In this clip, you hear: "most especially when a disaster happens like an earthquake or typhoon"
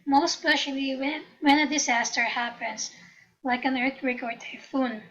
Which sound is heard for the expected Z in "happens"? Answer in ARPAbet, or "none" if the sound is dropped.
S